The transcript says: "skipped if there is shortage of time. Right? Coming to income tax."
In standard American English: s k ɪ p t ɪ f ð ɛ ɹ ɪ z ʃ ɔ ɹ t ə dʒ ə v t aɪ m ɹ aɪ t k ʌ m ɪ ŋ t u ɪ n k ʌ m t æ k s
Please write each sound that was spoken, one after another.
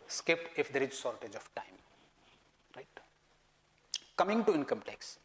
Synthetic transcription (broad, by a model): s k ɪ p ɪ f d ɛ ɹ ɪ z s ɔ ɹ t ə dʒ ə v t aɪ m ɹ aɪ t k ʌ m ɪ ŋ t u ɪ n k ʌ m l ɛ k s